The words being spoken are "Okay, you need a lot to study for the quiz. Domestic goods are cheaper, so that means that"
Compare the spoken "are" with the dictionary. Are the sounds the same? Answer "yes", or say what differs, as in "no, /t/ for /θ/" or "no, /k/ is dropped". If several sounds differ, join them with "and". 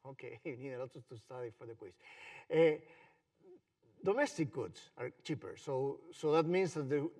yes